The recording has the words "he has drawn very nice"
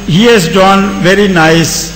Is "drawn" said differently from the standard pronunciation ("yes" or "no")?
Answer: yes